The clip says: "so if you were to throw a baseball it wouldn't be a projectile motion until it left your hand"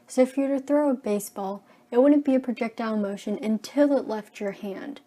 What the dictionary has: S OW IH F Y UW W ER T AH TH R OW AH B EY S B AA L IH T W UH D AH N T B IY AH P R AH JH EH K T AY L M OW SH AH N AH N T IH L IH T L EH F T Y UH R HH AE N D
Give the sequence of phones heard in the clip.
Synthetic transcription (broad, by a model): S OW IH F Y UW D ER TH R OW AH B EY S B AA L IH T W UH D N B IY AH P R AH JH EH K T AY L M OW SH AH N AH N T IH L IH T L EH F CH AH R HH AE N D